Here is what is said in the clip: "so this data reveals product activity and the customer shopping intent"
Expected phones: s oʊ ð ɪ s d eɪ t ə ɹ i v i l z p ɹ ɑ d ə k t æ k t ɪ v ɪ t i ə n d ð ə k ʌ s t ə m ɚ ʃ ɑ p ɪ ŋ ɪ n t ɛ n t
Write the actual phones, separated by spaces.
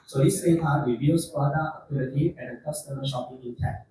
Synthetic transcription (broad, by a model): s oʊ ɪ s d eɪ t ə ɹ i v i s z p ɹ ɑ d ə t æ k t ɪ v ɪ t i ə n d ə k ʌ s t ə m ɚ ʃ ɑ p ɪ ŋ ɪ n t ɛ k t